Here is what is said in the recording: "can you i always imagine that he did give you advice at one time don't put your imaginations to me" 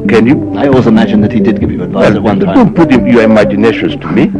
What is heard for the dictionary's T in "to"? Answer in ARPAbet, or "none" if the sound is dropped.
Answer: T